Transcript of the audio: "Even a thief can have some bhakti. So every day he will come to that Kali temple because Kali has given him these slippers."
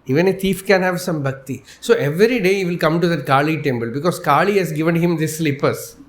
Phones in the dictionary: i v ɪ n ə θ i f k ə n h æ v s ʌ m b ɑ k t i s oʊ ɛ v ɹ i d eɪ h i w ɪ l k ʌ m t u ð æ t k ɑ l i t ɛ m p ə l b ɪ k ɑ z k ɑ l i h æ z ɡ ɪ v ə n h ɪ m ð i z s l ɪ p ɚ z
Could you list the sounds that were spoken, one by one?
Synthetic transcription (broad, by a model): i v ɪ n ə t i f k ə n h æ v s ʌ m b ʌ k t i s oʊ ɛ v ɹ i d eɪ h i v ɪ l k ʌ m t u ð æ t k ɑ l i t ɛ m b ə l b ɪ k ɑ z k ɑ l i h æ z ɡ ɪ v ə n h ɪ m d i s l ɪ p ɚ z